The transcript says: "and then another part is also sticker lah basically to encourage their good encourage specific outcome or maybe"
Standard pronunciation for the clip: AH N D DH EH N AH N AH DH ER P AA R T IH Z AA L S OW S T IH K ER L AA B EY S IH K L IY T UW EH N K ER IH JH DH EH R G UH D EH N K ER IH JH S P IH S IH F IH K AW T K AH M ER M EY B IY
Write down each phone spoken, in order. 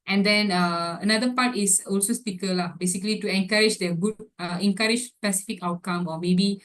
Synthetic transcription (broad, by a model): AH N D EH N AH N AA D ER P AA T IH S AA L S OW S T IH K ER L AA B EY S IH K L IY T UW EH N K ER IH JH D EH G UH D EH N K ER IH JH S P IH S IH F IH K AW T K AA M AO M EY B IY